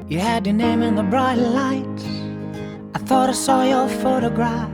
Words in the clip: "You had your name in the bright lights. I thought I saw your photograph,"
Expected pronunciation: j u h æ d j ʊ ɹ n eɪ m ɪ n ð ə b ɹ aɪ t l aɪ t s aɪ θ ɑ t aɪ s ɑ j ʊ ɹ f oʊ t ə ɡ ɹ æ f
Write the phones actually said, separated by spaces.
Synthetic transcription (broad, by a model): j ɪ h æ d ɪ n eɪ m ɪ n ð ə b ɹ aɪ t l aɪ t aɪ θ ɑ t aɪ s ɑ j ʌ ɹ f oʊ t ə ɡ ɹ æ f